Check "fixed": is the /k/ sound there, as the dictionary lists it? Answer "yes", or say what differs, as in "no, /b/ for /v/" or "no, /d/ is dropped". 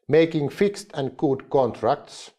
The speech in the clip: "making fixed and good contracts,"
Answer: yes